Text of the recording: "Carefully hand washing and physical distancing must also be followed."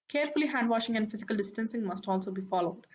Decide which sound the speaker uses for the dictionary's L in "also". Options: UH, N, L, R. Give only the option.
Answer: L